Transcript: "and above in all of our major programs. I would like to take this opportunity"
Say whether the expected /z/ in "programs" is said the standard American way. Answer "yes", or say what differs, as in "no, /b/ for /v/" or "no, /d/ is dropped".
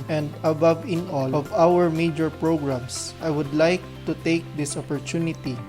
no, /s/ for /z/